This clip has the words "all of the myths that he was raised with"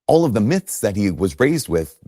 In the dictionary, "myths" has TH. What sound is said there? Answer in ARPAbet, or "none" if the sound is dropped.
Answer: TH